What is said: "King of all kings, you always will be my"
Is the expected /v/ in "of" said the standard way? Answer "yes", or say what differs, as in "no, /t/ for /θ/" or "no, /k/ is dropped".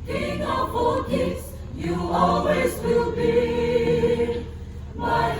no, /f/ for /v/